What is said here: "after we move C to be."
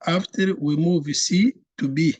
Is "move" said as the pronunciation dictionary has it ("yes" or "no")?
yes